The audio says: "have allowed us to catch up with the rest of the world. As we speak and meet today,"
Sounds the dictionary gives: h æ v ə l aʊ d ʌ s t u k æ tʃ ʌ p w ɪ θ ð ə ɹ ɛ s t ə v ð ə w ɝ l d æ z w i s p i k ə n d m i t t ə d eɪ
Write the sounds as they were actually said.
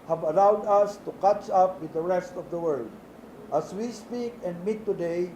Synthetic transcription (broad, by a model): h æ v ə l aʊ d ʌ s t u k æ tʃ ʌ p w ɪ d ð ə ɹ ɛ s t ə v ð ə w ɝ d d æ s w i s p i k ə n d m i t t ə d eɪ